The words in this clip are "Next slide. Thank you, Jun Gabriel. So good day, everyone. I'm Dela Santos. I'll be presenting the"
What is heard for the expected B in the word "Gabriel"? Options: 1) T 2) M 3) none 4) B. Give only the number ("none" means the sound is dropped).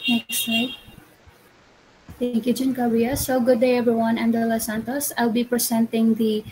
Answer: 3